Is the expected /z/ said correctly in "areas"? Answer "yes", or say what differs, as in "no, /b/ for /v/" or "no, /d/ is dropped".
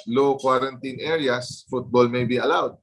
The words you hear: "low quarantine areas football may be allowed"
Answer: no, /s/ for /z/